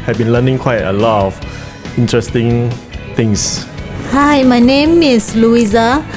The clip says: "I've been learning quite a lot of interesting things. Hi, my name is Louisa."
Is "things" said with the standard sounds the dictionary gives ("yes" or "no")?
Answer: no